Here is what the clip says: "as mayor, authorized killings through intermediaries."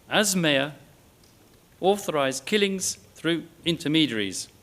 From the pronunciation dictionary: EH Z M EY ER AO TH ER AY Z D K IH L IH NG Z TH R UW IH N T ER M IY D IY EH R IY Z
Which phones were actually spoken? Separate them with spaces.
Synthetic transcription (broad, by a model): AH Z M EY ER AO TH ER AY Z K IH L IH NG Z TH R UW IH N T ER M IY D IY R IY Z